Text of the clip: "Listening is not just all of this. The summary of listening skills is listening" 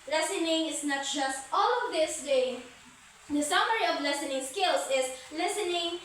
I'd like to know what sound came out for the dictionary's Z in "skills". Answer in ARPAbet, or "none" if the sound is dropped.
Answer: S